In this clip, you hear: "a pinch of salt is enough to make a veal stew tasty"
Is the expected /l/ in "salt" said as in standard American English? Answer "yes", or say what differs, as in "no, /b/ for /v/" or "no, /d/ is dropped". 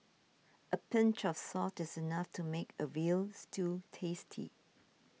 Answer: no, /l/ is dropped